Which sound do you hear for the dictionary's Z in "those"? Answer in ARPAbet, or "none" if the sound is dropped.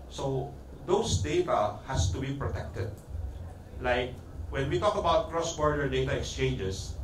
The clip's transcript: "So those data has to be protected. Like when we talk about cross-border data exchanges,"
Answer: S